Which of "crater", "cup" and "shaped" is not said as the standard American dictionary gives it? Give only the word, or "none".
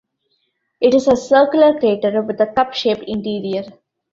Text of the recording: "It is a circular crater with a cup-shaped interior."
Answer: shaped